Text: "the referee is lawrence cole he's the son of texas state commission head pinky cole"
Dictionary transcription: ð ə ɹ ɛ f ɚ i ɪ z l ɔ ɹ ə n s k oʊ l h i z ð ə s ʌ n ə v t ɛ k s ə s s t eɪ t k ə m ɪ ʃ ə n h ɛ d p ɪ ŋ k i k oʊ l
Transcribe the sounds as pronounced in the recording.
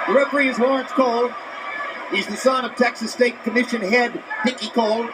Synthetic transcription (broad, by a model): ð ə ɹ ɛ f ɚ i ɪ z w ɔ ɹ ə n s k oʊ l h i z ð ə s ʌ n ə v t ɛ k s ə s s t eɪ t k ə m ɪ ʃ ə n h ɛ d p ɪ k i k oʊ l